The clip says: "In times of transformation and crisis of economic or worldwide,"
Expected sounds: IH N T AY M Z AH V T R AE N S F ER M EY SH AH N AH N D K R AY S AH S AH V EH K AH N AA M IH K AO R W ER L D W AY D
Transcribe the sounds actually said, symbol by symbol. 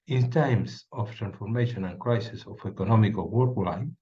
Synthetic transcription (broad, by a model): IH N T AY M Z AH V T R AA N S F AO M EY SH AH N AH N K R AY S AH S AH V EH K AH N AA M IH K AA L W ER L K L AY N